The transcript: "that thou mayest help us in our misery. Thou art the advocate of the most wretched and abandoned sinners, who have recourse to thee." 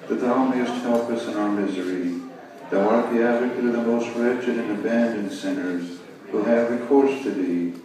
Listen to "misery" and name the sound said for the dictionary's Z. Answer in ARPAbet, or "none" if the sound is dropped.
Z